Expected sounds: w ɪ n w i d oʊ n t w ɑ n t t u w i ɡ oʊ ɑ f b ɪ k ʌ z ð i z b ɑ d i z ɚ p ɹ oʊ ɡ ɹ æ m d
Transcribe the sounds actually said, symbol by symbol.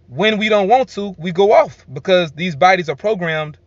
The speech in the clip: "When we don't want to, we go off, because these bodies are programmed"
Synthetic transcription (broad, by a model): w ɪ n w i d oʊ n t w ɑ n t t u w i ɡ oʊ ɑ f b ɪ k ʌ z ð i z b ɑ d i z ɚ p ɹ oʊ ɡ ɹ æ m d